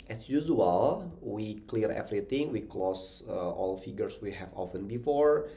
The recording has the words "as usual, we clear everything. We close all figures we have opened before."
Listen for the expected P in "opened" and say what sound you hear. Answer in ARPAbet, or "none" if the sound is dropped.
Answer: F